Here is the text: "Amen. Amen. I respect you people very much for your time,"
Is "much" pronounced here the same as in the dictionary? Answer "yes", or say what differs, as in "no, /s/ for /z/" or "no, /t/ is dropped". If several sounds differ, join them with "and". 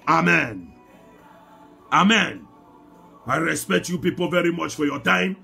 yes